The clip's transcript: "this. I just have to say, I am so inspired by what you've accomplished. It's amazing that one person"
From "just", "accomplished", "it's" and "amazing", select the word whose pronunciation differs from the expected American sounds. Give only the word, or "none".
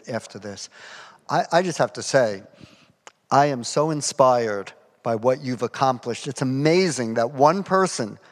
none